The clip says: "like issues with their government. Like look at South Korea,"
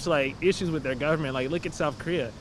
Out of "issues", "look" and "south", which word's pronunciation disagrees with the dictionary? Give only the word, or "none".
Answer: none